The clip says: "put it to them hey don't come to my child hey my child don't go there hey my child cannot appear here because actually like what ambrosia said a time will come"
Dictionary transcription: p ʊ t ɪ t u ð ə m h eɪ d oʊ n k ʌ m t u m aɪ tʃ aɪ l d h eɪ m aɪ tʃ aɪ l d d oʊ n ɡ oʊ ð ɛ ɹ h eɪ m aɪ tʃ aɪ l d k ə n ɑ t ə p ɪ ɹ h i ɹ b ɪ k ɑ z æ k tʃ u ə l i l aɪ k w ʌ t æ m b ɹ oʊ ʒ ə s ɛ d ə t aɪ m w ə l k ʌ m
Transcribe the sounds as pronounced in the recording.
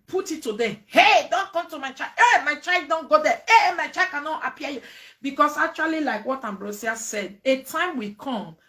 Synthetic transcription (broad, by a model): p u t ɪ t u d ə h eɪ d oʊ n k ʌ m t u m aɪ tʃ aɪ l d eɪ m aɪ tʃ aɪ l d d oʊ n ɡ oʊ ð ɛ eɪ m aɪ tʃ aɪ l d k ə n ɑ t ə p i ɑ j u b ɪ k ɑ s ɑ k tʃ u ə l i l aɪ k w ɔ t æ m b ɹ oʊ s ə s ɛ d ə t aɪ m w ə k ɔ m